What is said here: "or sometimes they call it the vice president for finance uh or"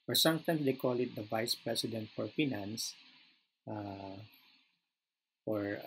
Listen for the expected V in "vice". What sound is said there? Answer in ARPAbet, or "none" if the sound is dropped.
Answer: V